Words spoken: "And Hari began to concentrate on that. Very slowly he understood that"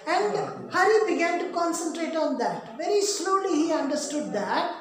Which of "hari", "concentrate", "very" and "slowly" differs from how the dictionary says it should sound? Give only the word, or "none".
hari